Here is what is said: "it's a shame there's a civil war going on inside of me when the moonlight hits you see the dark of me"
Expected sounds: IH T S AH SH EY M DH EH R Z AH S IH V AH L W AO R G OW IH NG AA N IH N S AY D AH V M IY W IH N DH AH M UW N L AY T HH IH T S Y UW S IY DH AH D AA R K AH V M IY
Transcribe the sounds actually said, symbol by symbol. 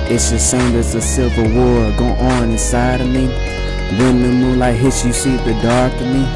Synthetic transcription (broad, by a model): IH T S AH S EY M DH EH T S AH S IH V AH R W AO R G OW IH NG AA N IH N S AY D AH V M IY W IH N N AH M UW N L AY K HH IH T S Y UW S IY DH AH D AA R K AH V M IY